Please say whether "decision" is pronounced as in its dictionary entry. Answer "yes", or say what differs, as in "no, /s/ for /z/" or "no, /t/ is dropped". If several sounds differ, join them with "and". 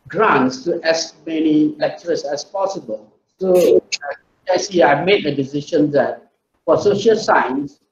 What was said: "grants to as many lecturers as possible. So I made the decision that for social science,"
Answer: no, /ʃ/ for /ʒ/